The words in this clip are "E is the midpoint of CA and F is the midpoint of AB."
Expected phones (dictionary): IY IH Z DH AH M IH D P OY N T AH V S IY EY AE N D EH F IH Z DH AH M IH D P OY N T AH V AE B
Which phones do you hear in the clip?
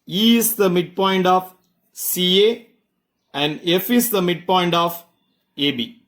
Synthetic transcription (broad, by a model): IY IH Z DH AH M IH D P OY N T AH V S IY EY AE N D EH F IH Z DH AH M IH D P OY N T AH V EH B